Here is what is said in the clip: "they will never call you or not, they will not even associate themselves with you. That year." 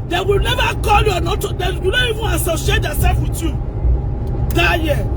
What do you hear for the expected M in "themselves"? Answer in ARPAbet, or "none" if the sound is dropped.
none